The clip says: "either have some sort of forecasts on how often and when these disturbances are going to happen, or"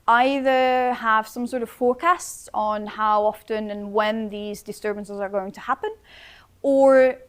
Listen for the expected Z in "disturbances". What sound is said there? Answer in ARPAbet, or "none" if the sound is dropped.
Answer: Z